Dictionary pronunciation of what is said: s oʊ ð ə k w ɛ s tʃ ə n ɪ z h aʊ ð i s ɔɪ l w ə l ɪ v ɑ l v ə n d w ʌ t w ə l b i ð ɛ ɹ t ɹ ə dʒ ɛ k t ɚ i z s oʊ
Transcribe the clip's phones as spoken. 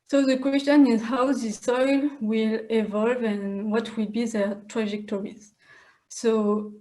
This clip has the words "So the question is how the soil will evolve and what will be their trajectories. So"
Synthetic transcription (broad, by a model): s oʊ ð ə k w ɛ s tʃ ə n ɪ z h aʊ ð i s ɔɪ l w ə l ɪ v ɑ l v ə n w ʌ t w ə l b i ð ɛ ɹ t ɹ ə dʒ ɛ k t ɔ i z s oʊ